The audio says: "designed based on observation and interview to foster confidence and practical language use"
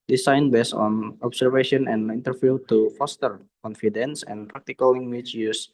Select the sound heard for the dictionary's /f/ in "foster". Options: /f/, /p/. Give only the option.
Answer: /f/